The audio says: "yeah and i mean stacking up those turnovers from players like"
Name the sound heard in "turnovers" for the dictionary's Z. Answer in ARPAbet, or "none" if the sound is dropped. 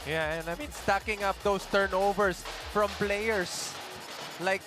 S